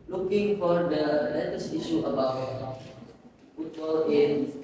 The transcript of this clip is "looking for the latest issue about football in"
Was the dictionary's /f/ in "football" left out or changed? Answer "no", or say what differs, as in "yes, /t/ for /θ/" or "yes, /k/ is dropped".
yes, /p/ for /f/